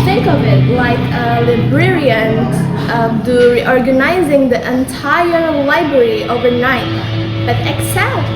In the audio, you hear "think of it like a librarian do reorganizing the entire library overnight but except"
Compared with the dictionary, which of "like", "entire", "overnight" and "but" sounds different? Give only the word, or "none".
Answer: none